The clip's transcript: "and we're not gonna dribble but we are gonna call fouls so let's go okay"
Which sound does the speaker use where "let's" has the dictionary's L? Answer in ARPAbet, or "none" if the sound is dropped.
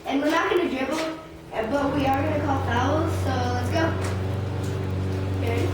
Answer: L